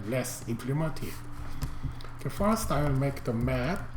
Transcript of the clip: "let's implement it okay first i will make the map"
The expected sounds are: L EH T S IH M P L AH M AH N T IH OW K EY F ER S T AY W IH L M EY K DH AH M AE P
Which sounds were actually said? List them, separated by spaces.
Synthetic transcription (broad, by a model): L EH S IH M P L AH M AH N T IH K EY F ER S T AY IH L M EY K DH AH M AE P